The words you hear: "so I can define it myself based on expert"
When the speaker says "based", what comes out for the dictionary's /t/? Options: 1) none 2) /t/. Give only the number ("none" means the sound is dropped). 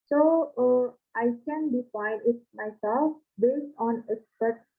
2